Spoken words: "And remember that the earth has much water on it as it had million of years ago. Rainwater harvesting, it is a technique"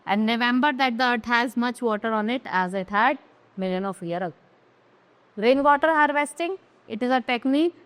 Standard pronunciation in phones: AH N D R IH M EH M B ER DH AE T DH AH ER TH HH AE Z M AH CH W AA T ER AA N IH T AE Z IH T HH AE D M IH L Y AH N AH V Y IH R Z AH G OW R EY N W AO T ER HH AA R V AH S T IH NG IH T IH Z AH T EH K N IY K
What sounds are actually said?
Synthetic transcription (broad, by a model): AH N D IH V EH M B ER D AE T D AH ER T HH AE Z M AH CH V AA T ER AA N IH T AE Z IH T HH AE D M IH L Y AH N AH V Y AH R AH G R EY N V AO T ER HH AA R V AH S T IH NG IH T IH Z AH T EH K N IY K